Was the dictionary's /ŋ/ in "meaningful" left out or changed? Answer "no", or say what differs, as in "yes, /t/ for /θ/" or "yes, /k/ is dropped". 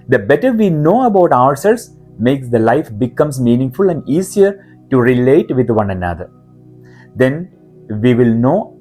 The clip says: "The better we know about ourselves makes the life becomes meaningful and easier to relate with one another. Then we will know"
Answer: no